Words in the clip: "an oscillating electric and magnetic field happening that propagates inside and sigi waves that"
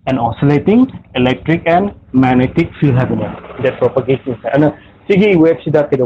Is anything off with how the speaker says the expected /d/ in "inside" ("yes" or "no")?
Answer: yes